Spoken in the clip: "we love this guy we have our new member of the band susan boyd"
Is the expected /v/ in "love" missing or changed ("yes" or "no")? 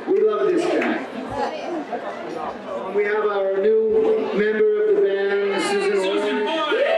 no